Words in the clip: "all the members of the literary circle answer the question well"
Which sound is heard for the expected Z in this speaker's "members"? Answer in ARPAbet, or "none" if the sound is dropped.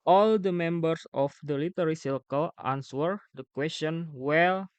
S